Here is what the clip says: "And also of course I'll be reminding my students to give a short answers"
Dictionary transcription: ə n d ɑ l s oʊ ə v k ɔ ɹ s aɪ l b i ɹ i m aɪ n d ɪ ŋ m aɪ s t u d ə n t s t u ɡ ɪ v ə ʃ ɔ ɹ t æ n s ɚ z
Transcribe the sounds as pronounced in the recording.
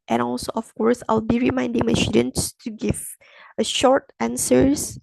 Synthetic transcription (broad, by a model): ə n ɑ l s oʊ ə f k ɔ ɹ s aɪ l b i ɹ i m aɪ n d ɪ ŋ m aɪ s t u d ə n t s t u ɡ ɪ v ə ʃ ɔ ɹ t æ n s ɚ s